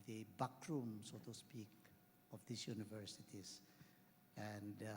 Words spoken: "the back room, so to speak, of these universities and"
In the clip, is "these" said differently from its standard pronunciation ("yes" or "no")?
yes